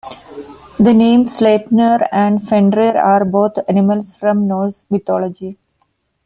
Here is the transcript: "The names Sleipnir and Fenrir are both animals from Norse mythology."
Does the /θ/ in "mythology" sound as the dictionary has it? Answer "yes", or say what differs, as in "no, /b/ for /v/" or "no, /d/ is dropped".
no, /t/ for /θ/